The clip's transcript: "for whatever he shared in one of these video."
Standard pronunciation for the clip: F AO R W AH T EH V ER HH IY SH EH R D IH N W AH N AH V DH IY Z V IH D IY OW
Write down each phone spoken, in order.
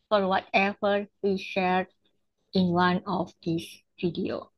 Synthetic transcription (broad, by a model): F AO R W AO T EH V ER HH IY SH EH R D IH N W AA N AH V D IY S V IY D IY OW